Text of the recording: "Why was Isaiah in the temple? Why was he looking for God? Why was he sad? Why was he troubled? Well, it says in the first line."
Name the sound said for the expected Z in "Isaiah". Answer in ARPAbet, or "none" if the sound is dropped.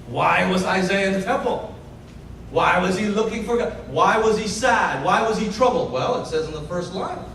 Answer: Z